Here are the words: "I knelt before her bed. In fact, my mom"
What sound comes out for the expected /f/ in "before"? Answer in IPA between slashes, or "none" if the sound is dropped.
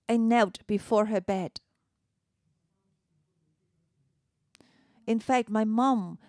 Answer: /f/